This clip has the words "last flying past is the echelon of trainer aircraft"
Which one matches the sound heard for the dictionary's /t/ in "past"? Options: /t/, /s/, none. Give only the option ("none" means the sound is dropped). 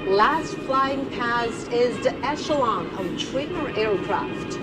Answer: none